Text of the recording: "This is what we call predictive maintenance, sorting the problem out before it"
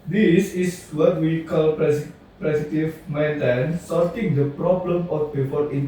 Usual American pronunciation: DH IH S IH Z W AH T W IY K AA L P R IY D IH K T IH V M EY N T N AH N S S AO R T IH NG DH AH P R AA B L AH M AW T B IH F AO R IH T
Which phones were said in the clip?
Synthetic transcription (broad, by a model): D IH S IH S W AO T W IY K AA L P R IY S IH T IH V M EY N T AH N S S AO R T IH NG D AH P R AA B L AH M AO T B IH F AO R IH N